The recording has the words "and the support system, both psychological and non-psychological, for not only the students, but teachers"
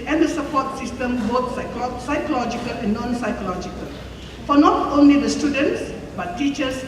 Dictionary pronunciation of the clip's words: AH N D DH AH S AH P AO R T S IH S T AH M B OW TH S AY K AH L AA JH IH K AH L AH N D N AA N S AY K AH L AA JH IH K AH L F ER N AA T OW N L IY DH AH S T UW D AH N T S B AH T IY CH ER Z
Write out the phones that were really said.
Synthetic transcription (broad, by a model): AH N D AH S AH P AO T S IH S T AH M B OW S S AY K AH L AA JH IH K AH L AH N N AA N S AY K AH L AA JH IH K AH L F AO N AA T OW N L IY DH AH S T UW D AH N T S B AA T IY CH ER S